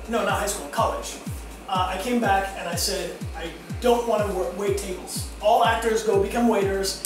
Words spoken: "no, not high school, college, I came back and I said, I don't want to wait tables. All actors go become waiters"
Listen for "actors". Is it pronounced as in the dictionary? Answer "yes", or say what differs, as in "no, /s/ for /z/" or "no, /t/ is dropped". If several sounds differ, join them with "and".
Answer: yes